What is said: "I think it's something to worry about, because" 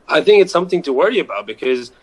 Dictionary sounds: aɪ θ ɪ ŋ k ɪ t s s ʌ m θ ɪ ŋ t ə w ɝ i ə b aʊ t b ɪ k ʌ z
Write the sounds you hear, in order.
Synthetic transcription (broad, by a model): aɪ θ ɪ ŋ k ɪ t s s ʌ m θ ɪ ŋ t ə w ɝ i ə b aʊ t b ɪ k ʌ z